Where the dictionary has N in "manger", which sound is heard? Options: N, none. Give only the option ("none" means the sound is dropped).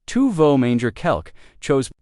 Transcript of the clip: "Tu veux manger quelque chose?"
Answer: N